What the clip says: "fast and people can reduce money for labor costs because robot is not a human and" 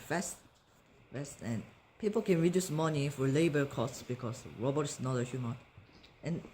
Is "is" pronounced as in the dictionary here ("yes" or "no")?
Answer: no